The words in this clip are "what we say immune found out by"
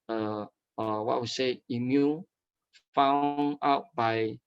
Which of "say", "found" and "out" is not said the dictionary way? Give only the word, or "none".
found